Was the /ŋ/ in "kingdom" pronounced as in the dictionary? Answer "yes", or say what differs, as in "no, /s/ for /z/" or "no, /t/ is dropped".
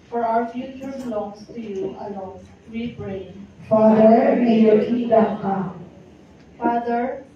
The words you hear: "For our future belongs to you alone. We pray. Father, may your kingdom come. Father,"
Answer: no, /ŋ/ is dropped